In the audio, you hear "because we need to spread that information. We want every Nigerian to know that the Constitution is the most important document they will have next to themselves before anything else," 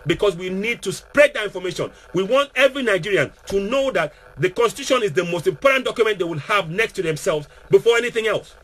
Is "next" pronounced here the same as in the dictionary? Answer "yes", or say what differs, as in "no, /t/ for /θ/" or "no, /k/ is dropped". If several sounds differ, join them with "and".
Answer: yes